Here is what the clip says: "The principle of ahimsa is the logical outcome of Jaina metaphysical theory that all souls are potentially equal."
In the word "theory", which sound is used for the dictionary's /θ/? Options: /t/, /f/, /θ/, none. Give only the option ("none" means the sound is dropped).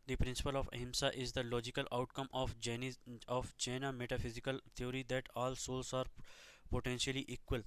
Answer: /t/